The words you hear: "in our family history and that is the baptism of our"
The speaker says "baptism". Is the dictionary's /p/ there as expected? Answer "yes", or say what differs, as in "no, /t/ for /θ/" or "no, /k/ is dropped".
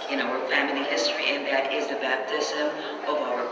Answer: yes